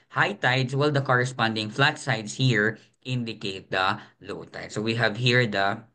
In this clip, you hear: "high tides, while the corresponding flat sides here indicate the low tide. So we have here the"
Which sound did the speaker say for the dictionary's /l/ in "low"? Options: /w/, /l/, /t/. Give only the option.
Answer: /l/